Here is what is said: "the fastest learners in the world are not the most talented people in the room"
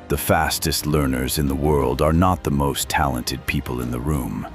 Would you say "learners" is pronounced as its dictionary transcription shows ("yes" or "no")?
yes